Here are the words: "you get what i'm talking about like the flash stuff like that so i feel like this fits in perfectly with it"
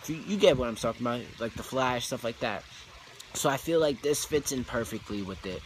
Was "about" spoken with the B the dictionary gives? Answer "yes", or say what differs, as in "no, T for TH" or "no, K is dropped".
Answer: no, B is dropped